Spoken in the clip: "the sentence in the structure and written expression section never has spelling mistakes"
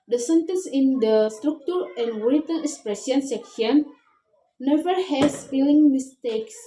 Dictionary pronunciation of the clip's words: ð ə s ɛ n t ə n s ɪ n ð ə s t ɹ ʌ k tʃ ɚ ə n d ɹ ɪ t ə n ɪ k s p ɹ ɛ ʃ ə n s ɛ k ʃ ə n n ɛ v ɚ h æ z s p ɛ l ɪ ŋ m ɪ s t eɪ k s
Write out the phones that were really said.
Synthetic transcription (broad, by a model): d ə s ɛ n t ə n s ɪ n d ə s t ɹ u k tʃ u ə n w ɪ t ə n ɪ k s p ɹ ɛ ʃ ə n s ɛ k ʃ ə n n ɛ v ɚ h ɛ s f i l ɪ ŋ m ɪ s t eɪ k s